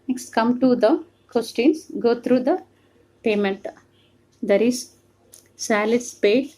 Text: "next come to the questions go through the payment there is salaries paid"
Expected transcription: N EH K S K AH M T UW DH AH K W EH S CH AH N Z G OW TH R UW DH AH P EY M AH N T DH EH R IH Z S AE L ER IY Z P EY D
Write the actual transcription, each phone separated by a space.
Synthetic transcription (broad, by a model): N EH K S K AH M T UW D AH K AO S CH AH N S G OW T R UW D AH P EY M AH N T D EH R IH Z S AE L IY S P EY